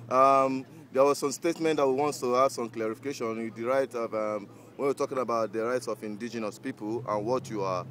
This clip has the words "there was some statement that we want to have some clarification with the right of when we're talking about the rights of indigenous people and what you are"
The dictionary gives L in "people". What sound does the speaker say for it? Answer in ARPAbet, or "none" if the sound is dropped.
L